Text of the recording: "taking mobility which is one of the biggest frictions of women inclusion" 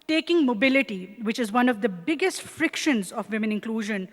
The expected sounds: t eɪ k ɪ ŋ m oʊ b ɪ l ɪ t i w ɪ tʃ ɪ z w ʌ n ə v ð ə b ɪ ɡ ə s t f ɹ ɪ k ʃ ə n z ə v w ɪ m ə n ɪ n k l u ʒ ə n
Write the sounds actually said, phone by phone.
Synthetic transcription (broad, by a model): t eɪ k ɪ ŋ m oʊ b ɪ l ɪ t i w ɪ tʃ ɪ z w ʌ n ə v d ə b ɪ ɡ ə s t f ɹ ɪ k ʃ ə n z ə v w ɪ m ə n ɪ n k l u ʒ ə n